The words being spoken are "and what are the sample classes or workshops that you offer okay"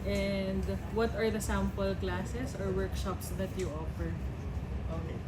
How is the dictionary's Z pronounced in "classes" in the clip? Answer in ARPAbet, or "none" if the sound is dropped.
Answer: S